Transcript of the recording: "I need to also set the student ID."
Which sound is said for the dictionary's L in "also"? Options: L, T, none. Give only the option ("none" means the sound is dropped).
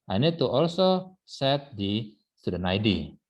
L